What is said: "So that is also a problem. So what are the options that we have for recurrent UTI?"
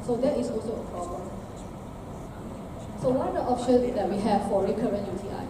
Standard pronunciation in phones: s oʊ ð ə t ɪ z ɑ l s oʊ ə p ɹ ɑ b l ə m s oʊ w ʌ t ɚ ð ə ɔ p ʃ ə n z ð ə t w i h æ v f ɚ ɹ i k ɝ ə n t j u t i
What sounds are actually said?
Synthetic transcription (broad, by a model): s oʊ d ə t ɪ s ɑ l s oʊ ə p ɹ ɑ b l ə m s oʊ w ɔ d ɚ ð ɔ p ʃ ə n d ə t w i h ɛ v f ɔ ɹ i k ɝ ə n t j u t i